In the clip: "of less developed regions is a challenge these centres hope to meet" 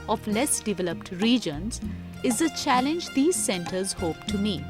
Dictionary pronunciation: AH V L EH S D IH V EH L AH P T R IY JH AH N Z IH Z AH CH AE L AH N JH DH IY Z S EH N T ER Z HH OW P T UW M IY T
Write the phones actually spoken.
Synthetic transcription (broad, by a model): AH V L EH S D IH V EH L AH P T R IY JH AH N Z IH Z AH CH AE L AH N JH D IY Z S EH N T ER Z HH OW P T UW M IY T